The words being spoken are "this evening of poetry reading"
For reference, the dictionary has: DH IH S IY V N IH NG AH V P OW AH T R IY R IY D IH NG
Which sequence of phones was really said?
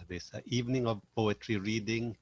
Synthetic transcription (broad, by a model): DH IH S IY V N IH NG AH V P OW AH T R IY R IY D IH NG